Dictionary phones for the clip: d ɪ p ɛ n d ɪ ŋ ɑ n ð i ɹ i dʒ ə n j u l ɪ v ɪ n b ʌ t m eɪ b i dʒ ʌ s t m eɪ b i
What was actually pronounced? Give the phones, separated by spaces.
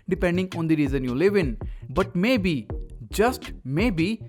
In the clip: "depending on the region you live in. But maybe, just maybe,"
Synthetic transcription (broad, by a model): d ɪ p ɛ n d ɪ ŋ ɑ n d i ɹ i z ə n j u l ɪ v ɪ n b ʌ t m eɪ b i dʒ ʌ s t m eɪ b i